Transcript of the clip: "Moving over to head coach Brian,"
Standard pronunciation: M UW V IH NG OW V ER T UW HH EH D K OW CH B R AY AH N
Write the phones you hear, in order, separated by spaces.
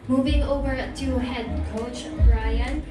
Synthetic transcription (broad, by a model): M UW V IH NG OW V ER T UW HH EH D K OW CH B R AY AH N